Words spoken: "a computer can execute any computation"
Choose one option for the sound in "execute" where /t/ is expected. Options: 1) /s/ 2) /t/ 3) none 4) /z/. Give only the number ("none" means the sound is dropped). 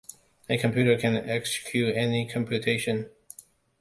3